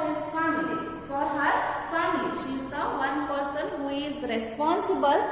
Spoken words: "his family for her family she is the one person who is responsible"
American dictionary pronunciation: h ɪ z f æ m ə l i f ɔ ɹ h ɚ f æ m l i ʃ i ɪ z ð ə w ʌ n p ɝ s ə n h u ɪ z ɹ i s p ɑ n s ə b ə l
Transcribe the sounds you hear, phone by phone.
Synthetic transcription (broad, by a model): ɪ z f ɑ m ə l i f ɔ ɹ h ɚ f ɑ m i ʃ i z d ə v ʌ n p ɝ s ə n h u ɪ z ɹ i s p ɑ n s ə b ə l